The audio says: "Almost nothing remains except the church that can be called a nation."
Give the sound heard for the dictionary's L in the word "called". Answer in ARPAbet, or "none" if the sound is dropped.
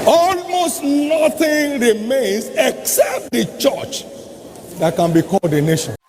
none